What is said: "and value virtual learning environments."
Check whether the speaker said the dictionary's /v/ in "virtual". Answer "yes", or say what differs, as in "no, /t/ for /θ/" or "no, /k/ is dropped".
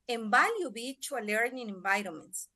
no, /b/ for /v/